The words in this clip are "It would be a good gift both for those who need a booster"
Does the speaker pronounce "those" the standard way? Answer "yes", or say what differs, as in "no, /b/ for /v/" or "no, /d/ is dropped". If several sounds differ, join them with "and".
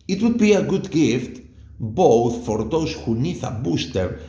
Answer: no, /s/ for /z/